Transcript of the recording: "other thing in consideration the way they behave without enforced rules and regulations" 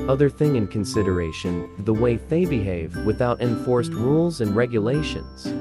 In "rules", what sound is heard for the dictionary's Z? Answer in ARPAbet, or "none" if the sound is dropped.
Z